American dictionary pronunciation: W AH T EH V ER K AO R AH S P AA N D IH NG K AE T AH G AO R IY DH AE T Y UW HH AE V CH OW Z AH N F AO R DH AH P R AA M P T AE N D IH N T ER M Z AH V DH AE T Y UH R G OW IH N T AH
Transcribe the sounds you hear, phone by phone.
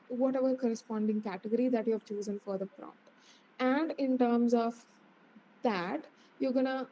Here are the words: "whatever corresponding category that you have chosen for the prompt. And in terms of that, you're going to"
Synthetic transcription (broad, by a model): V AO T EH V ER K AO R AH S P AA N D IH NG K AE T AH G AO R IY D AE T Y UW HH AE V CH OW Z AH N F AO R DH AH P R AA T AE N D IH N T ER M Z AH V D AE T Y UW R G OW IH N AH